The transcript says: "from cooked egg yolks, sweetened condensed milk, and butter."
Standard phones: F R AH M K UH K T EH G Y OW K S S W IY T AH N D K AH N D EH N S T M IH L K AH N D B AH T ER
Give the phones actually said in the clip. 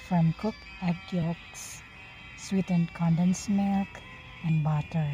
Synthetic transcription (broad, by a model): F R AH M K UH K EH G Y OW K S S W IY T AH N K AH N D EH N S M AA K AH N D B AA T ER